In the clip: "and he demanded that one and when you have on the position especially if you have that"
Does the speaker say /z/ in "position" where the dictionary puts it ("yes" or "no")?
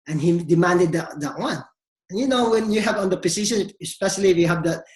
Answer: no